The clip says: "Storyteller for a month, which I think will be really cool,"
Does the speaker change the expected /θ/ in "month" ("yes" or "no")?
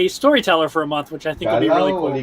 no